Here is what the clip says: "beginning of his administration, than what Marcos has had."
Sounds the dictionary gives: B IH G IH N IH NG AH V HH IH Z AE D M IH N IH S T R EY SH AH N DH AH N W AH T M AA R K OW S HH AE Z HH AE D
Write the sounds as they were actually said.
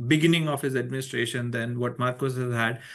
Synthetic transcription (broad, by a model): B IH G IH N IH NG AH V HH IH Z AE D M IH N IH S T R EY SH AH N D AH N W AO T M AA R K OW S HH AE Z HH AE D